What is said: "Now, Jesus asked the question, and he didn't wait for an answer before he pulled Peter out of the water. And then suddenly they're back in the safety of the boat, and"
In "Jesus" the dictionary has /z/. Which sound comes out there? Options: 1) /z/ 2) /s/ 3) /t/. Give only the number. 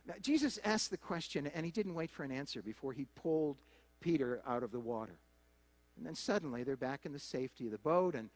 1